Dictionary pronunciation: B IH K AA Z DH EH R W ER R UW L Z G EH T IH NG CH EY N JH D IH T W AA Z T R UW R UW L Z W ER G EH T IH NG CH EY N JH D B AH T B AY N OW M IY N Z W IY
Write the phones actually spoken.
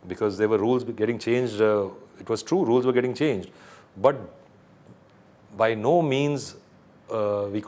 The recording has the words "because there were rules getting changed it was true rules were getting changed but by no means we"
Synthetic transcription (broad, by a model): B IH K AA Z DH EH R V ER R UW L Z G EH T IH NG CH EY N JH D IH T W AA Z T R UW R UW L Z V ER G EH T IH NG CH EY N JH D B AH T B AY N OW M IY N Z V IY